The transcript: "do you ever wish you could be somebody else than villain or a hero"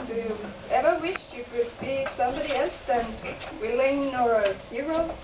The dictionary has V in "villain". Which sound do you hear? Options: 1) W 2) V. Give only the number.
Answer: 1